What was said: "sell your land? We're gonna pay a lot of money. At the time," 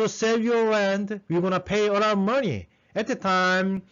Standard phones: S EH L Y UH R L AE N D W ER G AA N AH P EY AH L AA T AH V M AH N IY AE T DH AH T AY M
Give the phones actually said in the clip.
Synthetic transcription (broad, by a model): S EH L Y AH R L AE N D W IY G AA N AH P EY AH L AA AH M AH N IY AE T DH AH T AY M